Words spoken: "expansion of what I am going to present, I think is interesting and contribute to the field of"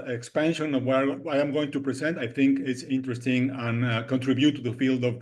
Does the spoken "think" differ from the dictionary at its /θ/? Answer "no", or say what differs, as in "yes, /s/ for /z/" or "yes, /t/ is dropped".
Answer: no